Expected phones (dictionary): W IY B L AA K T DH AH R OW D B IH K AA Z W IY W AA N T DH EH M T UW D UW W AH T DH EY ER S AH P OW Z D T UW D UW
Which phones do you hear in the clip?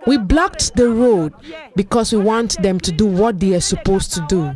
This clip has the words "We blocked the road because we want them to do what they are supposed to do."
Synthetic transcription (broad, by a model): W IY B L AA K T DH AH R OW D B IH K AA S W IY W AA N T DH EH M T UW D UW W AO T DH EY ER S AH P OW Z T UW D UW